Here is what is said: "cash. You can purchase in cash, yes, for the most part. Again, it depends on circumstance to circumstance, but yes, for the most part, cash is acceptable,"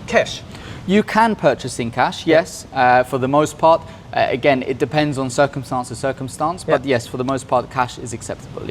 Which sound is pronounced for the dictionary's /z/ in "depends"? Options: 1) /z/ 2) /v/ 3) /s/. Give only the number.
1